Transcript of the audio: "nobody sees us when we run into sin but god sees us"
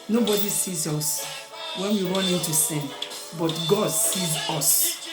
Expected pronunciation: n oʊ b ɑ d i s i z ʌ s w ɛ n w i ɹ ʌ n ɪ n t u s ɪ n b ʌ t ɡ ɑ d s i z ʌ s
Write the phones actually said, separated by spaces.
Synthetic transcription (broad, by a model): n oʊ b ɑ d i s i z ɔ s w ɛ n w i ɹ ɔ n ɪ t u s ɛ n b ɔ t ɡ ɑ d s i z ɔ s